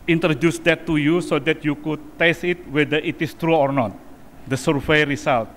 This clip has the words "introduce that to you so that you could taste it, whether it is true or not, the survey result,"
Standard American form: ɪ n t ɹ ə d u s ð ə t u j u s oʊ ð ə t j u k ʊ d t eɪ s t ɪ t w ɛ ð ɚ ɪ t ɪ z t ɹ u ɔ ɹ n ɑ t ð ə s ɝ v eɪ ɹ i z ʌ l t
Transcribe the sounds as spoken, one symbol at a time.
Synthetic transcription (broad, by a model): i n t ɹ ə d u s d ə t u j u s oʊ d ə t j u k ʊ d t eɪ s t ɪ t w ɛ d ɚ ɪ t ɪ s t ɹ u ɔ ɹ n ɑ t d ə s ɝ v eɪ ɹ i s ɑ l t